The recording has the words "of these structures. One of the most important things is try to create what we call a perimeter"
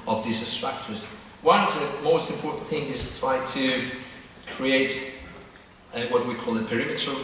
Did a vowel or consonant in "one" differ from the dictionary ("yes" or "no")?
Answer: yes